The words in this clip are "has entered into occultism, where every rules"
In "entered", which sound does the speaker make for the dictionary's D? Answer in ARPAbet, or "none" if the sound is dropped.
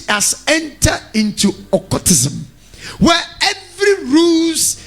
none